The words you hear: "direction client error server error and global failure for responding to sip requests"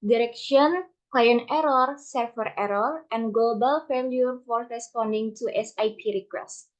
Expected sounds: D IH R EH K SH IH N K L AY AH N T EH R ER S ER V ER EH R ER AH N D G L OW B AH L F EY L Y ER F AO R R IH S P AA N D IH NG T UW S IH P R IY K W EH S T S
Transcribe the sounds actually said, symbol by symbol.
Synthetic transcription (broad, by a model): D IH R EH K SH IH N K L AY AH N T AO R S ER F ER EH R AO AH N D G L OW B AH L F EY L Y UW F AO R R IH S P AA N D IH NG T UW S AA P R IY K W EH S T